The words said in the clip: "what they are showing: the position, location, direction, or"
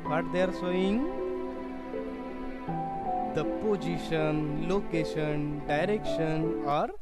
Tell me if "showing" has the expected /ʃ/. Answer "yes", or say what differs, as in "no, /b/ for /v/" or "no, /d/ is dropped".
no, /s/ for /ʃ/